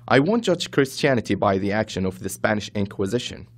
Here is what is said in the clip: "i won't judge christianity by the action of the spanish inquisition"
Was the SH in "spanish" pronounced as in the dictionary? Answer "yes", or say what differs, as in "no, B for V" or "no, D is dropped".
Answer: yes